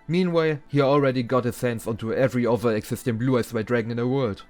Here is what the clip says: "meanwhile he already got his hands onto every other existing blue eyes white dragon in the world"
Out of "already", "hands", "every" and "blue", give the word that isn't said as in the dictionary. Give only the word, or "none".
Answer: hands